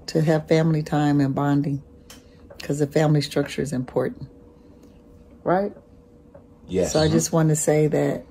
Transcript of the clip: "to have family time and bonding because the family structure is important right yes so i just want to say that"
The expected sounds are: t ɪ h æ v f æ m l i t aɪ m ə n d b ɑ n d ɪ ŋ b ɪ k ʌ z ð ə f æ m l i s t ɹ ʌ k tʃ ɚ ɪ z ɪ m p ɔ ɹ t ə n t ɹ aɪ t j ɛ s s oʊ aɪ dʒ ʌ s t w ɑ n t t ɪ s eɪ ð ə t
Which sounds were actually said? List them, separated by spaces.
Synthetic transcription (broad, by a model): t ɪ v f æ m l i t aɪ m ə n b ɑ n d ɪ ŋ k ʌ z ð ə f æ m l i s t ɹ ʌ k tʃ ɚ ɪ z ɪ m p ɔ ɹ t n t ɹ aɪ t j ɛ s s oʊ aɪ dʒ ʌ s t w ɑ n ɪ s eɪ ð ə t